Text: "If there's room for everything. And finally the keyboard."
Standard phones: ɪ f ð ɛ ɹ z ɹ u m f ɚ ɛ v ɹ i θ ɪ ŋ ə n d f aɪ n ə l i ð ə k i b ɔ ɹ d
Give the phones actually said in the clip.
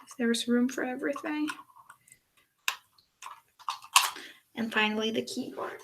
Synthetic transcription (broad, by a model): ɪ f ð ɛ ɹ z ɹ u m f ɚ ɛ v ɹ i θ ɪ ŋ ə n f aɪ n l i ð ə k i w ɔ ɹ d